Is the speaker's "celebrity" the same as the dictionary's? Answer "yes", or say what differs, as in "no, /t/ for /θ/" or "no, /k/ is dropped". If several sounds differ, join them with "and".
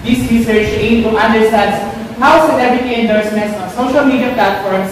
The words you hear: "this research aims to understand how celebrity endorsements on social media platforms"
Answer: no, /n/ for /l/